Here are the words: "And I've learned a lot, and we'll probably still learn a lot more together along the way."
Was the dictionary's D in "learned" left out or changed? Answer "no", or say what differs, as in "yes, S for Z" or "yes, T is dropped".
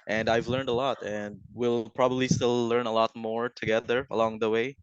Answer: no